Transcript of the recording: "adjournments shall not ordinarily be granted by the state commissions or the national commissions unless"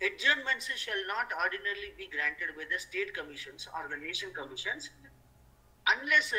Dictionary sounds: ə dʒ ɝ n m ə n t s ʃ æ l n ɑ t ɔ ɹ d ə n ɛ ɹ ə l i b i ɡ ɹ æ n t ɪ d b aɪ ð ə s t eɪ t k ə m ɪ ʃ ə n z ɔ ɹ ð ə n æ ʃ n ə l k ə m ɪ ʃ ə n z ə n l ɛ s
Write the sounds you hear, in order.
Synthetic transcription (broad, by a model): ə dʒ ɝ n m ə n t s ʃ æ l n ɑ t ɔ ɹ d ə n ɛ ɹ l i b i ɡ ɹ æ n t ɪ d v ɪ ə s t eɪ t k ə m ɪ ʃ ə n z ɔ ɹ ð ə n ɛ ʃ ə n k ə m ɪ ʃ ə n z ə n l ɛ s